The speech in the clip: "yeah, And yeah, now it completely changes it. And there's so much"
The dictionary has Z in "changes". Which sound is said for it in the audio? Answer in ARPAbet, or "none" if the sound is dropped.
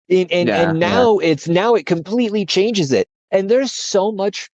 Z